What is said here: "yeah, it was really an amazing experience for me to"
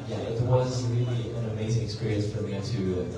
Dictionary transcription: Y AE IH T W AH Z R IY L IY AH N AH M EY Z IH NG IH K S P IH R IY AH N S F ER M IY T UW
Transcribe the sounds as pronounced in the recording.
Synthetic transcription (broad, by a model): Y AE IH T W AH Z R IY L IY AH N AH M EY Z IH NG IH K S P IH R IY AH N S F ER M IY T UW